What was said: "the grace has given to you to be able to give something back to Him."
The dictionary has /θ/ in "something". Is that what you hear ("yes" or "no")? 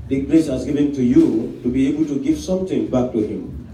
no